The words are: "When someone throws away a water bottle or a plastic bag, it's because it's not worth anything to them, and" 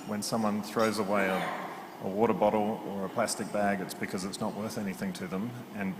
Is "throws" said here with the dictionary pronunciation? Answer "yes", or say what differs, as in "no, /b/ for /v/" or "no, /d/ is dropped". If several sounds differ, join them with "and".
yes